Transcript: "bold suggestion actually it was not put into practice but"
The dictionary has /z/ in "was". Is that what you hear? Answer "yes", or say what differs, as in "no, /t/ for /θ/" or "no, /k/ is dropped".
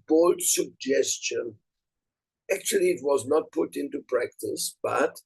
yes